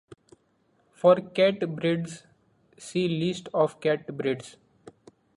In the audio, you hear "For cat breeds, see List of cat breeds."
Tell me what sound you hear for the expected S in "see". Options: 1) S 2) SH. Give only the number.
1